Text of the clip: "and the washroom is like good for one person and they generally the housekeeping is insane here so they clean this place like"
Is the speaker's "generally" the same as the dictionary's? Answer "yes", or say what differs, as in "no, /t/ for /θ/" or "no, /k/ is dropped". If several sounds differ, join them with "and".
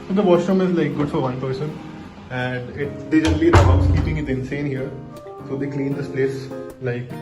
no, /l/ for /ɹ/